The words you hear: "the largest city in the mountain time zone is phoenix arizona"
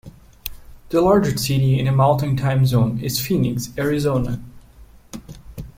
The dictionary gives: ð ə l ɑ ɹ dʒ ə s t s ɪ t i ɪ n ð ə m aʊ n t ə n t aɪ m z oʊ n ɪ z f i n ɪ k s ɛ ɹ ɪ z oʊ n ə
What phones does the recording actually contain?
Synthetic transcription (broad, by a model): ð ə l ɑ ɹ dʒ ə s s ɪ t i ɪ n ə m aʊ l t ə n t aɪ m z oʊ n ɪ z f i n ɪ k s ɛ ɹ ɪ z oʊ n ə